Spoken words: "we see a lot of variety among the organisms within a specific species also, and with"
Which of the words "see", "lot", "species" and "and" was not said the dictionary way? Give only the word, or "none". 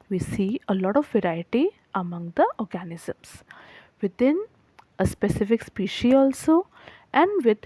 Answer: species